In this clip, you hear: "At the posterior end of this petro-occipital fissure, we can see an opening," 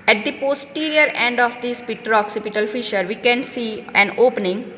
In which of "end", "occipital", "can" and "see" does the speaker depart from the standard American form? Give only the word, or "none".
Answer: none